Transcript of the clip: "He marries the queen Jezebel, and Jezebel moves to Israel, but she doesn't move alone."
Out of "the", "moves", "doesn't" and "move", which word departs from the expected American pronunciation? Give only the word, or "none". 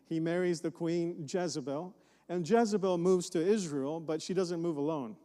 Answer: none